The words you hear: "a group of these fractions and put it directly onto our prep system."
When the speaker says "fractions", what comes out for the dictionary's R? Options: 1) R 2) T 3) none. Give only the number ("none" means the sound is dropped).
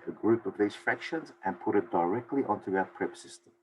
1